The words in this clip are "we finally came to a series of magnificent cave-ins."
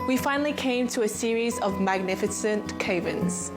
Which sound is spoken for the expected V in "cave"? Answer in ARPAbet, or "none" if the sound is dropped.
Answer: V